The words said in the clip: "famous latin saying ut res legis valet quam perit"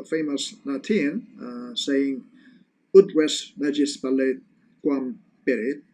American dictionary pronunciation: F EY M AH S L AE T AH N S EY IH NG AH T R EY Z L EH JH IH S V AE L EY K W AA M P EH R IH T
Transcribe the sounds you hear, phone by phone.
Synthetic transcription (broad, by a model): F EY M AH S N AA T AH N S EY IH NG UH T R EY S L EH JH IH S P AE L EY K W AA M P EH R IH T